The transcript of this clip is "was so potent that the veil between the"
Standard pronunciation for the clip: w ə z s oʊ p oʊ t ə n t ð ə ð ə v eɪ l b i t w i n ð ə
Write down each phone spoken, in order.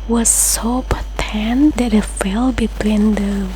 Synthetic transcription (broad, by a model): w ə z s oʊ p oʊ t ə n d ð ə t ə f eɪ l b i t w i n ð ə